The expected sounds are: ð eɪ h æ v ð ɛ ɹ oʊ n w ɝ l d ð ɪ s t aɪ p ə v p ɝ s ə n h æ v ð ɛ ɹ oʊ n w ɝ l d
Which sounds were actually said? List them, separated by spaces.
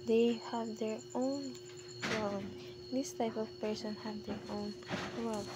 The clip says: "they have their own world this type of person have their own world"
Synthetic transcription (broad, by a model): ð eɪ h æ v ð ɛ ɹ oʊ n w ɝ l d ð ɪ s t aɪ p ə v p ɝ s ə n h æ v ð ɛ ɹ oʊ n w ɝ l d